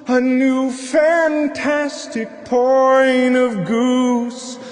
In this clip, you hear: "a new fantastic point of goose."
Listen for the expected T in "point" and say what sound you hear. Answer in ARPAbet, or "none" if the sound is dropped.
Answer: none